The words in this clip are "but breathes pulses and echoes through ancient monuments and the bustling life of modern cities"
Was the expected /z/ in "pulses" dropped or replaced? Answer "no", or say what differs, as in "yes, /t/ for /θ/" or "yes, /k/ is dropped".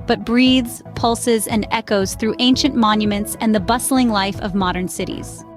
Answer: no